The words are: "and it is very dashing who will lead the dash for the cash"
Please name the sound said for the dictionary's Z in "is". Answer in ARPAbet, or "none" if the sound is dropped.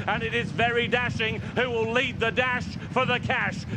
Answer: Z